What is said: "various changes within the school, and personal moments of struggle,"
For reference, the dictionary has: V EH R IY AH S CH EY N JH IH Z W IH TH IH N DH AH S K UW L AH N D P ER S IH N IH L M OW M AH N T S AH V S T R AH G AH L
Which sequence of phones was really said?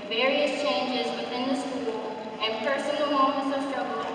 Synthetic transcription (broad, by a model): V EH R IY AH S CH EY N JH IH Z W IH TH IH N DH AH S K UW L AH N P ER S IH N L M OW M AH N T S AH V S T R AH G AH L